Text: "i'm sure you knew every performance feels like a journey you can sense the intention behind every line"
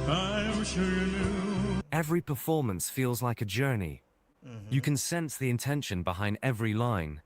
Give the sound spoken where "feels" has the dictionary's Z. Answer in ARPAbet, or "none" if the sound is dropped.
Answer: Z